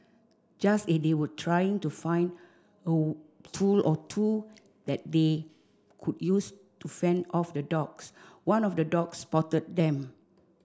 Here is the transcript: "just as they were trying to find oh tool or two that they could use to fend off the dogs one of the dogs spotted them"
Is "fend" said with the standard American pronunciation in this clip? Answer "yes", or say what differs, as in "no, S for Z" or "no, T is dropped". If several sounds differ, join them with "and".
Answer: yes